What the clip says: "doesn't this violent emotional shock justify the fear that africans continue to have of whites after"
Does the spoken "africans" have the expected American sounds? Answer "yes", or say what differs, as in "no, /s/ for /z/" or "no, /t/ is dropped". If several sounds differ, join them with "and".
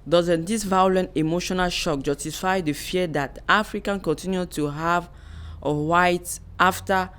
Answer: no, /z/ is dropped